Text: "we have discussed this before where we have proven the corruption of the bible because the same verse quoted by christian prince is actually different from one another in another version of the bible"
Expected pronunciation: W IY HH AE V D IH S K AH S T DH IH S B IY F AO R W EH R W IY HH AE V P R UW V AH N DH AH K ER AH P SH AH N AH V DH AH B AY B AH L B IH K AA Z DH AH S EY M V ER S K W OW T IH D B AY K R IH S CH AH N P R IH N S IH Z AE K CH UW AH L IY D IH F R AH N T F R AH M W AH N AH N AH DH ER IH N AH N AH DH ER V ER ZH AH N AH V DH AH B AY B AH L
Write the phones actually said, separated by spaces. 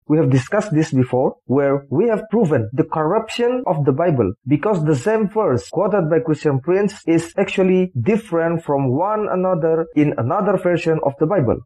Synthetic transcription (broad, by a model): W IY HH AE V D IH S K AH S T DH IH S B IY F AO R W EH R W IY HH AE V P R UW V AH N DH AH K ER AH P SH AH N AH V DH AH B AY B AH L B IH K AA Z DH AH S EY M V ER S K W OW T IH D B AY K R IH S CH AH N P R IH N S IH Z AE K CH UW AH L IY D IH F R AH N T F R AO M W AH N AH N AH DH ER IH N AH N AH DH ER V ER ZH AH N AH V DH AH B AY B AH L